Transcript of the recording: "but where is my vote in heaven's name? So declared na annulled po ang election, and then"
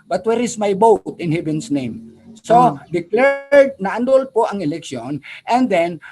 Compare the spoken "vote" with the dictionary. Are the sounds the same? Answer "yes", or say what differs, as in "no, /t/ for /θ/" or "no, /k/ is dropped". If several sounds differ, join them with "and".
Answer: no, /b/ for /v/